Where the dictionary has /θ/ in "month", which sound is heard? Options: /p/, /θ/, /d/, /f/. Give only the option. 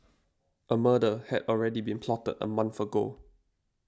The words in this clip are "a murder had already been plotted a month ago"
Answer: /f/